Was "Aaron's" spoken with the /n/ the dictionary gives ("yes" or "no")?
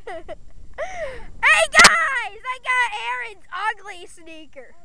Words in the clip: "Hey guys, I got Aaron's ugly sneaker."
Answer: yes